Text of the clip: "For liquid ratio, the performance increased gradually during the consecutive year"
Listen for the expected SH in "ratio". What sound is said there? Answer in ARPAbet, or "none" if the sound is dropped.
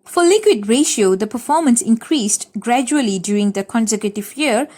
SH